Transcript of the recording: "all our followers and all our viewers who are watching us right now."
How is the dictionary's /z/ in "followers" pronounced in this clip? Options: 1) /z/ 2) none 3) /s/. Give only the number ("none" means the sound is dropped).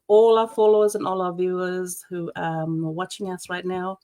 1